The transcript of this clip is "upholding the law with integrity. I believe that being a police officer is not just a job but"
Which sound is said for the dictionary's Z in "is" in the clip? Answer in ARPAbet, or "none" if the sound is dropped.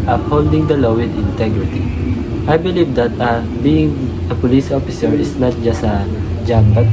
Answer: S